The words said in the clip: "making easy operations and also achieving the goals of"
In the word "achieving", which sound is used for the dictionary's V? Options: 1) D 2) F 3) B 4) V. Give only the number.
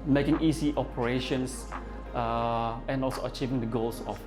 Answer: 4